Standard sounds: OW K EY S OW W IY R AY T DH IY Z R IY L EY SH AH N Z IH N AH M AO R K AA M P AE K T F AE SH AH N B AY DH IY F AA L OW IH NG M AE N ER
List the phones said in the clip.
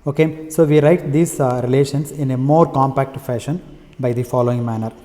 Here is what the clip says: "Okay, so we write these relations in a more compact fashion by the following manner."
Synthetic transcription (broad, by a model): OW K EY S OW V IY R AY T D IY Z R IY L EY SH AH N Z IH N AH M AO R K AA M P AE K T F AE SH AH N B AY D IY F AA L OW IH NG M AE N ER